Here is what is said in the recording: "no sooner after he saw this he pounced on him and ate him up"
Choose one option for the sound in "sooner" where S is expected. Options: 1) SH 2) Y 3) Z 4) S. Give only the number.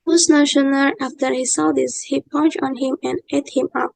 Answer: 1